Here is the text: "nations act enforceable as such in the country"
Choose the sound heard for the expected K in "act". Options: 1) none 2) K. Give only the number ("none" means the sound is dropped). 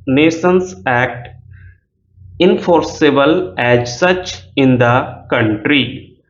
2